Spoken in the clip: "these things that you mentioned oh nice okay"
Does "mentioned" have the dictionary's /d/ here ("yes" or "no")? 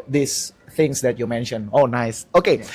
no